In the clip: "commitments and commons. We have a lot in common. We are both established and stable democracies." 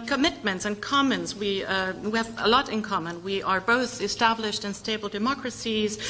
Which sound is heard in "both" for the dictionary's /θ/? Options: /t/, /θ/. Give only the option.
/θ/